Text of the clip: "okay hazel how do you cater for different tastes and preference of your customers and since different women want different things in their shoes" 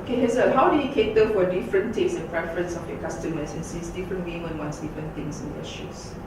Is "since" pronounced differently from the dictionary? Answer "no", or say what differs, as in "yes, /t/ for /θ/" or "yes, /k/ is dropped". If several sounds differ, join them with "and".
yes, /n/ is dropped